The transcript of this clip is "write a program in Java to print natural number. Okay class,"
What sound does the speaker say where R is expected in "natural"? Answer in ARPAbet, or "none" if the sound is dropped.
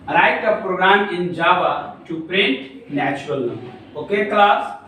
none